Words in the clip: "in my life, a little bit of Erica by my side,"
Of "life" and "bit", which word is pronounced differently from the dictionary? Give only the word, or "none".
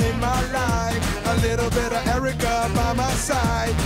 life